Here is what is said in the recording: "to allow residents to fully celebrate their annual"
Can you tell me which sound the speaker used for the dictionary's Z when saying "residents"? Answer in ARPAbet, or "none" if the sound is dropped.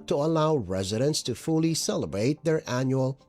Z